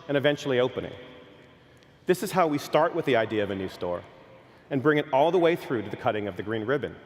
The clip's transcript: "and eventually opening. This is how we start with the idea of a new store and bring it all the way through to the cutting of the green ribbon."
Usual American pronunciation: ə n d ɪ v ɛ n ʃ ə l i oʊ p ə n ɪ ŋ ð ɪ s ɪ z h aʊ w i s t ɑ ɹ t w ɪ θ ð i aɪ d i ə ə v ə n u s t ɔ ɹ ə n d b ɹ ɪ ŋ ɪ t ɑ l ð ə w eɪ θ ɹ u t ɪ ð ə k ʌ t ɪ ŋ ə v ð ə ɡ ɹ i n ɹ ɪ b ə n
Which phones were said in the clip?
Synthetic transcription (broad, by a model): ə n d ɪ v ɛ n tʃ l i oʊ p ə n ɪ ŋ ð ɪ s ɪ z h aʊ w i s t ɑ ɹ t w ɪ ð i aɪ d i ə ə v ə n u s t ɔ ɹ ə n b ɹ ɪ ŋ ɪ t ɑ l ð ə w eɪ θ ɹ u t ɪ ð ə k ʌ t ɪ ŋ ə v ð ə ɡ ɹ i n ɹ ɪ b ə n